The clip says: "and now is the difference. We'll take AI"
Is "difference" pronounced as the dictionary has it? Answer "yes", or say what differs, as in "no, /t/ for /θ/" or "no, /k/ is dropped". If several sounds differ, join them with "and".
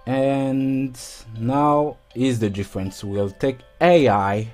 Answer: yes